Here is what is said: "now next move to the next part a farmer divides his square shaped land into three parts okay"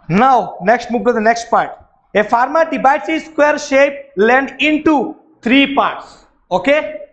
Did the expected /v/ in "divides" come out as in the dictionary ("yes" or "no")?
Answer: no